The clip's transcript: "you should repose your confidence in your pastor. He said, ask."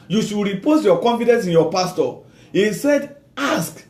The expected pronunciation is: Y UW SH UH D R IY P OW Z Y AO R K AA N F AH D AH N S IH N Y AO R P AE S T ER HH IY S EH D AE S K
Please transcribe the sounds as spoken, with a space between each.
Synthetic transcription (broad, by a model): Y UW SH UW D R IY P OW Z Y AO K AA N F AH D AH N S IH N Y AO P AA S T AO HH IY S EH D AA S K